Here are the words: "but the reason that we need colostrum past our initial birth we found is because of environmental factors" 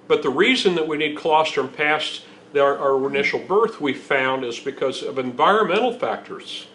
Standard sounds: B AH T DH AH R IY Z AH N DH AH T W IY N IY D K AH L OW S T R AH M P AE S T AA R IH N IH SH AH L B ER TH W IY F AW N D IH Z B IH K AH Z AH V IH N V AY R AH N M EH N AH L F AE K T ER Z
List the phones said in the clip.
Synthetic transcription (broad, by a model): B AH T DH AH R IY Z AH N DH AH T W IY N IY D K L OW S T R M P AE S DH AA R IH N IH SH L B ER TH W IY F AW N D IH Z B IH K AH Z AH V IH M V AY R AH N M EH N L F AE K T ER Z